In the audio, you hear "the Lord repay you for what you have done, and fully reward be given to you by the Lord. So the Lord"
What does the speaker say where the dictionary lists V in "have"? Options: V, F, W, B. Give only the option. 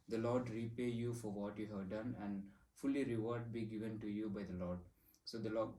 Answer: V